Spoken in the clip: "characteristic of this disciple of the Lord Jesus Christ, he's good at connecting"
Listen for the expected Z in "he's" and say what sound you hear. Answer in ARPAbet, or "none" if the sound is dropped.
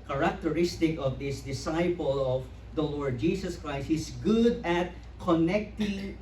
S